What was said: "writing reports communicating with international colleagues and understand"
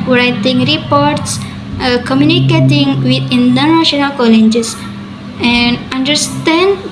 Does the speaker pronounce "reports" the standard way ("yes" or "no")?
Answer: yes